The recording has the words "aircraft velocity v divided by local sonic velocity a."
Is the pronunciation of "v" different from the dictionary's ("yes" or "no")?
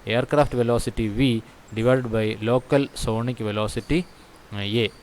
no